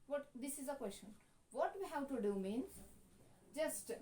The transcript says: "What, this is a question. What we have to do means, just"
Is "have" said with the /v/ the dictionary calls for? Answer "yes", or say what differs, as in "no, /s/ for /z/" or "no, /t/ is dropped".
no, /w/ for /v/